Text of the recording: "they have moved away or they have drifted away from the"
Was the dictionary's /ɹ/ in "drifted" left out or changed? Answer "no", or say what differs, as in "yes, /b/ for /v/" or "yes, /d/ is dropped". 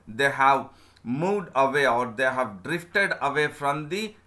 no